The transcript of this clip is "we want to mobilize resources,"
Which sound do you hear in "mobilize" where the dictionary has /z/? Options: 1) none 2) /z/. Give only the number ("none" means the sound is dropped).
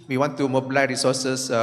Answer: 1